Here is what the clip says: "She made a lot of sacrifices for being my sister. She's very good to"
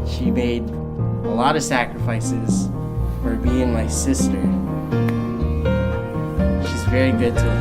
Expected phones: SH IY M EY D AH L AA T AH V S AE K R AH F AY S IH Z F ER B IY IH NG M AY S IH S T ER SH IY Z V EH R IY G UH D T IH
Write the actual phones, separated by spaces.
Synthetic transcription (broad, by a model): SH IY M EY D AH L AA T AH V S AE K R AH F AY S IH Z F ER B IY IH NG M AY S IH S T ER SH IY Z V EH R IY G UH D T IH